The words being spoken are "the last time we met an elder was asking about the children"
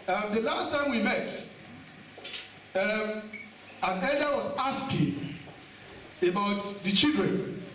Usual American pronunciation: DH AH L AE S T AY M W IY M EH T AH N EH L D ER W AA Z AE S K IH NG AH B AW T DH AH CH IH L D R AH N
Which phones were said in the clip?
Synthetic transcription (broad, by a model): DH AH L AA S T AY M W IY M EH T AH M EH D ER W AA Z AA S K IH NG AH B AW T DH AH CH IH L D R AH N